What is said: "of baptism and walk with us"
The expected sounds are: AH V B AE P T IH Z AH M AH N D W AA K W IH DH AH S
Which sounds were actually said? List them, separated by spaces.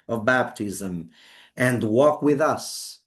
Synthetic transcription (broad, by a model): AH V B AE P T IH Z AH M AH N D W AA K W IH DH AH S